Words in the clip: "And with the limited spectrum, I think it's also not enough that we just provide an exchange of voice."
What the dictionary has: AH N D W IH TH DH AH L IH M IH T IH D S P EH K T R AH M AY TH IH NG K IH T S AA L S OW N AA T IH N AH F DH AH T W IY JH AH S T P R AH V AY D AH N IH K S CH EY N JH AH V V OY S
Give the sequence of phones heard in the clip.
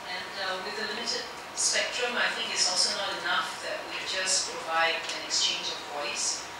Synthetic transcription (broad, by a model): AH N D W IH DH AH L IH M IH T IH D S P EH K T R AH M AY TH IH NG K IH T S AA L S OW N AA T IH N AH F DH AH T W IY JH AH S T P R AH V AY D AH N IH K S CH EY N JH AH V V OY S